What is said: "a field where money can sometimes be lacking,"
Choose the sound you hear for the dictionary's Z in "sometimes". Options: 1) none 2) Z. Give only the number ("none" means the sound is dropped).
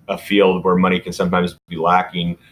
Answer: 2